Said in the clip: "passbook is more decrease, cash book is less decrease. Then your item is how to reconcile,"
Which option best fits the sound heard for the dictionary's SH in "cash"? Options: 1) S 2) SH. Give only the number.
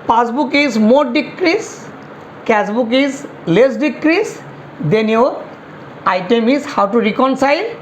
1